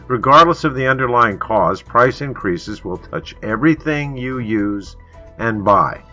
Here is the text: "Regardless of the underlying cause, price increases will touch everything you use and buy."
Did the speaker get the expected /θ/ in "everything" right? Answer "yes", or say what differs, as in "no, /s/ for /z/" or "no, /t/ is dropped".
yes